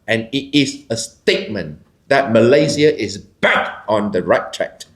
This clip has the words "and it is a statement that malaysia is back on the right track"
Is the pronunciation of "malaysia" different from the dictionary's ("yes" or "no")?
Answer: yes